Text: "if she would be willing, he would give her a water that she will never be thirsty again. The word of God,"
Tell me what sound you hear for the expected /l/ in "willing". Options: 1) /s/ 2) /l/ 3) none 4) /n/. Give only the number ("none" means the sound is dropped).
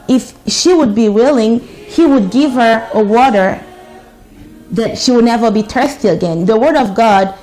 2